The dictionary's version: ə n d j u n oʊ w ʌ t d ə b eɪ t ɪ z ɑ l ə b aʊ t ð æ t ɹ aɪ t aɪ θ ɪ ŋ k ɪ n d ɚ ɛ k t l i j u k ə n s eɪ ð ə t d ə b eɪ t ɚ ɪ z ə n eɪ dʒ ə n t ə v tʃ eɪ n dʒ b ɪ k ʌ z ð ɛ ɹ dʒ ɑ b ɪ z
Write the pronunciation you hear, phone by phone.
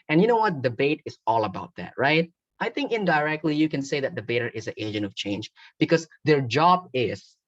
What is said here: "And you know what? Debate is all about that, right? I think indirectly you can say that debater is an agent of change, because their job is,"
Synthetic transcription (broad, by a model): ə n j u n oʊ w ʌ t d ə b eɪ t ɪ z ɑ l ə b aʊ t ð æ t ɹ aɪ t aɪ θ ɪ ŋ k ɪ n d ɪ ɛ k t l i j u k ə n s eɪ ð ə t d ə b eɪ t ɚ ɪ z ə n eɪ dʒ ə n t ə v tʃ eɪ n dʒ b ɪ k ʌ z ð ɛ ɹ dʒ ɑ b ɪ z